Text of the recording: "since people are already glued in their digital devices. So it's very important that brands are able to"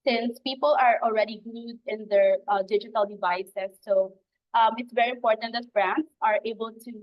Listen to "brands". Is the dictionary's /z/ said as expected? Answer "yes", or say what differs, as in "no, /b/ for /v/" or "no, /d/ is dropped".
no, /z/ is dropped